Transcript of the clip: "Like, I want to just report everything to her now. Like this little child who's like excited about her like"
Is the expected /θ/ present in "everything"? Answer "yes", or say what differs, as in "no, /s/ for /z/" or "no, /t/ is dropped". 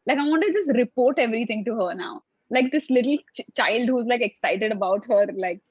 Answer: no, /t/ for /θ/